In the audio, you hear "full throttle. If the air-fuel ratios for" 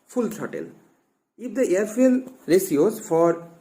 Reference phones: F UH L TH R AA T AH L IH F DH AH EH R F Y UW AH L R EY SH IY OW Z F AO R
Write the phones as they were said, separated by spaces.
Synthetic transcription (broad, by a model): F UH L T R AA T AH L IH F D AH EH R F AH L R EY S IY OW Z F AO R